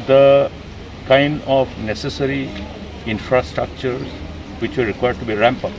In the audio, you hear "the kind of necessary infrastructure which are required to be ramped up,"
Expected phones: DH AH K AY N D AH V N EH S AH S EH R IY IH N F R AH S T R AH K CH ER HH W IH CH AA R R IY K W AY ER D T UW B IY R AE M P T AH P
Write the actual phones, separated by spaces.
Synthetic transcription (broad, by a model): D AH K AY N D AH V N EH S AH S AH R IY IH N F R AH S T R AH K CH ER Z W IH CH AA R R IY K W AY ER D T UW B IY R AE M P AH